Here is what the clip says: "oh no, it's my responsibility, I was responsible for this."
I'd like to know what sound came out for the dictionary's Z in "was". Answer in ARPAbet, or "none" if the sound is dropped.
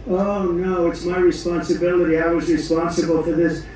Z